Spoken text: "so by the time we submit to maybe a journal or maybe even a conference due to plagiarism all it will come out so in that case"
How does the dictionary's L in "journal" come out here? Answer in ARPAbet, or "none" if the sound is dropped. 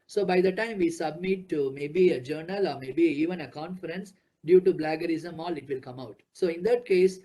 L